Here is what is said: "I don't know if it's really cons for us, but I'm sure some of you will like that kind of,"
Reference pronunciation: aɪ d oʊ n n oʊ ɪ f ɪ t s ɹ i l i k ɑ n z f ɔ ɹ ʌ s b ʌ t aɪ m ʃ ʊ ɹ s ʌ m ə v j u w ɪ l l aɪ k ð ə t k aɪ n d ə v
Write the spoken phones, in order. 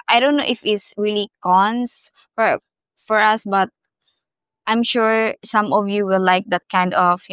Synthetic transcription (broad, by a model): aɪ d oʊ n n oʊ ɪ f ɪ t s ɹ i l i k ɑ n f f ɔ ɹ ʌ s b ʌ t aɪ m ʃ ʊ ɹ s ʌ m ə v j u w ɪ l l aɪ k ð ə t k aɪ n d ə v